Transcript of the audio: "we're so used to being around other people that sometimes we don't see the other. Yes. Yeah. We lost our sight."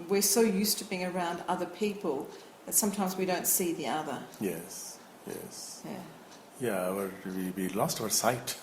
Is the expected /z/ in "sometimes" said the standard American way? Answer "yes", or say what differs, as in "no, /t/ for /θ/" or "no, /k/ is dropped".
yes